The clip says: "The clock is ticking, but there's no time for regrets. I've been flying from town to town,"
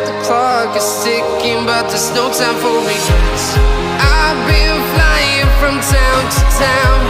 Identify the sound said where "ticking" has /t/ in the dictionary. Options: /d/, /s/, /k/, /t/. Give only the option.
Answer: /s/